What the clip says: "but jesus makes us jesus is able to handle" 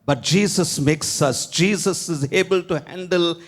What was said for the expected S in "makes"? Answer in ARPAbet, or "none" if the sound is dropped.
S